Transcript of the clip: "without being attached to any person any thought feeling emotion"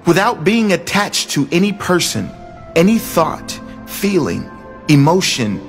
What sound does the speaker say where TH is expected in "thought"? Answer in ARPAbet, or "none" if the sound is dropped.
TH